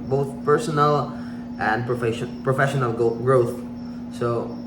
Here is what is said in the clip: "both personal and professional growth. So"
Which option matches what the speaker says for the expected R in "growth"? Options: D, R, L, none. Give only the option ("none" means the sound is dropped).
R